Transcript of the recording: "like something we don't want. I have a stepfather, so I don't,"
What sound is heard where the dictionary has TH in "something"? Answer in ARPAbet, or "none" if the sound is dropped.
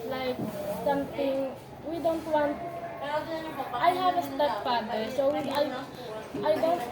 T